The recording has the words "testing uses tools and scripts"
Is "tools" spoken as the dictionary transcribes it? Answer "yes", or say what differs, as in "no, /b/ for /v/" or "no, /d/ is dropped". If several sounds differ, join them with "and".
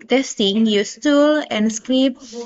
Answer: no, /z/ is dropped